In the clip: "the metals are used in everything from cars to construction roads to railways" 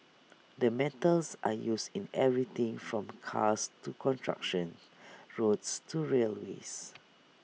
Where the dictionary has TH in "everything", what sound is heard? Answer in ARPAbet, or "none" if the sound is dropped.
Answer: T